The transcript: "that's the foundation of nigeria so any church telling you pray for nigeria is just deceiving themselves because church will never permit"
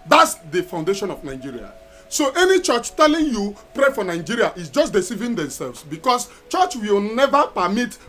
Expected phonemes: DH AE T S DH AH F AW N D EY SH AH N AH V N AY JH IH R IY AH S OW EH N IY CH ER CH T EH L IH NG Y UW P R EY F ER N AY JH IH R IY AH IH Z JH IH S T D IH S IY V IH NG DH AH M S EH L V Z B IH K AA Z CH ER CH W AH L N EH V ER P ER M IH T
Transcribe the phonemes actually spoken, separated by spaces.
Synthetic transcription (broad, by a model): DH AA T S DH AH F AW N D EY SH AH N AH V N AY JH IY R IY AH S OW EH N IY CH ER CH T EH L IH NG Y UW P R EY F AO N AY JH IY R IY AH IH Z JH IH S T D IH S IY V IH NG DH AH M S EH L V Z B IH K AA S CH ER CH W AH L N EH V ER P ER M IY T